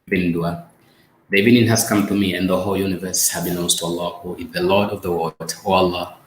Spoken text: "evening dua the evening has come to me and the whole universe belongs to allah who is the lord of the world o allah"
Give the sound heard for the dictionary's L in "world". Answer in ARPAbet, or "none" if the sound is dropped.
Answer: none